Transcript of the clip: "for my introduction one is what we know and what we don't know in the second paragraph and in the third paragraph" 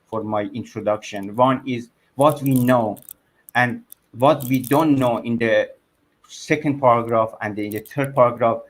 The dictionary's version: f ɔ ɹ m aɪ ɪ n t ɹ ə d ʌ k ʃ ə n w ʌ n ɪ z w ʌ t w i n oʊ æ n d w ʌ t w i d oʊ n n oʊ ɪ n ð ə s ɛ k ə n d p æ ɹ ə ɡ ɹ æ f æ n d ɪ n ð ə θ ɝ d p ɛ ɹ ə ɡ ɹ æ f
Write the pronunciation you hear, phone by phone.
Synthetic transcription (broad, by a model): f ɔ ɹ m aɪ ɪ n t ɹ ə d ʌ k ʃ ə n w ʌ n ɪ z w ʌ t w i n oʊ æ n d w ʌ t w i d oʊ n n oʊ ɪ n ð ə s ɛ k ə n d p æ ɹ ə ɡ ɹ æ f æ n d ɪ n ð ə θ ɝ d p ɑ ɹ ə ɡ ɹ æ f